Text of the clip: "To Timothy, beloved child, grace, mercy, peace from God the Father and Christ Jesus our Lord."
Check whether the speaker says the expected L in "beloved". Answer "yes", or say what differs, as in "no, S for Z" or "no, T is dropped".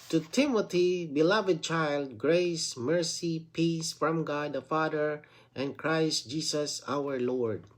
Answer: yes